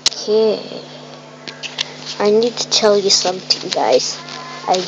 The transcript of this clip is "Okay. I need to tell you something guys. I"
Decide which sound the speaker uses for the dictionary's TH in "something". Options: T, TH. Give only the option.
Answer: T